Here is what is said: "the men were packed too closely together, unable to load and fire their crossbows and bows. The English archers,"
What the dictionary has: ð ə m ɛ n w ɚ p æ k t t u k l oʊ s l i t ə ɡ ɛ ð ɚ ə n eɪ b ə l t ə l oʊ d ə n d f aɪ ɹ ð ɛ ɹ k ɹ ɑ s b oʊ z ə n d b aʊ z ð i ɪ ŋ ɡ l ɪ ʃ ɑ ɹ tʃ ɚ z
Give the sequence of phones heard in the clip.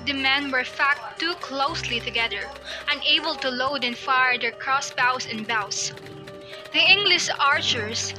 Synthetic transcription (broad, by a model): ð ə m ɛ n w ɚ f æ k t t u k l oʊ s l i t ə ɡ ɛ ð ɚ ə n eɪ b ə l t ə l oʊ d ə n f aɪ ɹ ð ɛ ɹ k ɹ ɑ s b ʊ s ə n b aʊ s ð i ɪ ŋ ɡ l ɪ ʃ ɑ ɹ tʃ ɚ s